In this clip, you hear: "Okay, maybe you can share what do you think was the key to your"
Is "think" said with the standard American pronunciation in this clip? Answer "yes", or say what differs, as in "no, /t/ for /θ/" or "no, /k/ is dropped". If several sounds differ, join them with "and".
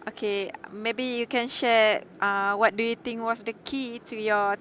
no, /t/ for /θ/